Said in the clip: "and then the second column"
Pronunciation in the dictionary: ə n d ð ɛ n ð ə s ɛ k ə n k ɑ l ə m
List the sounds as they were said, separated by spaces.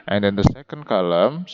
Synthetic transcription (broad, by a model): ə n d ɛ n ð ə s ɛ k ə n k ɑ l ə m